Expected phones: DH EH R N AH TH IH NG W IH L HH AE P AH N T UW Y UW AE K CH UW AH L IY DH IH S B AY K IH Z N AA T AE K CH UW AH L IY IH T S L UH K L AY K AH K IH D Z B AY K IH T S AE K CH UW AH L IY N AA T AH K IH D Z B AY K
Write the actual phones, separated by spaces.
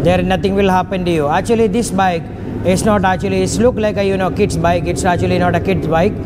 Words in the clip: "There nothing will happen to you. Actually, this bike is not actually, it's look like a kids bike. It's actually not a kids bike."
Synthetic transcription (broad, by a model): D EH R N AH T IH NG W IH L HH AE P AH N T UW Y UW AE K CH UW AH L IY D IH S B AY K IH S N AA T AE K CH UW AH L IY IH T S L UH K L AY K AH K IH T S B AY K IH T S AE K CH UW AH L IY N AA T AH K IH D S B AY K